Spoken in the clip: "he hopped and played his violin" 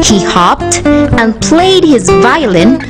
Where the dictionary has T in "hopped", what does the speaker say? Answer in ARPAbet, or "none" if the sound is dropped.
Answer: T